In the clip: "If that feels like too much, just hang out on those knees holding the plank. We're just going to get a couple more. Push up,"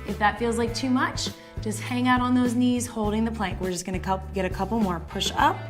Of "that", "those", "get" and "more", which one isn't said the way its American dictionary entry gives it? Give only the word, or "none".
none